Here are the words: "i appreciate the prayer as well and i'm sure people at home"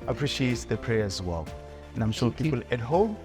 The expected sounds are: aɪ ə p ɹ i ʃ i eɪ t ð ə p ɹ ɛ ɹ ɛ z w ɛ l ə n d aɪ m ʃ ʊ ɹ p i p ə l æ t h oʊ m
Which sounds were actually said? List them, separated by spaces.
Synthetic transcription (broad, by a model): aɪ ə p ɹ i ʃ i eɪ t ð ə p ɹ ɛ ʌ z w ɛ l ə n aɪ m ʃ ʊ l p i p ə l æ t h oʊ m